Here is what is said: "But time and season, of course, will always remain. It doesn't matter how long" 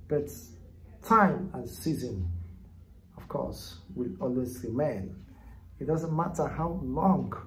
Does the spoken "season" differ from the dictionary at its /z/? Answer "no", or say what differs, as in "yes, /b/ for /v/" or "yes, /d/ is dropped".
no